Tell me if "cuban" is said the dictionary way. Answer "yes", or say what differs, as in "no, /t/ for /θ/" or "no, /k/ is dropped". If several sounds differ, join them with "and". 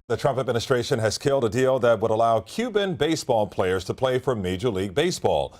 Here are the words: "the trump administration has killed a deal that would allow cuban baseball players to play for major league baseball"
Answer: yes